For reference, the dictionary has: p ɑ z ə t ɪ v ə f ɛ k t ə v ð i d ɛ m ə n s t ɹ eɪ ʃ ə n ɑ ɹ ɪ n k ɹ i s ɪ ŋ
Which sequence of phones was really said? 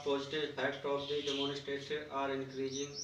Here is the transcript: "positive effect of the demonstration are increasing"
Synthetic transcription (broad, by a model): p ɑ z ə t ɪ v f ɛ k t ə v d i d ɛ m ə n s t eɪ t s ɑ ɹ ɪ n k ɹ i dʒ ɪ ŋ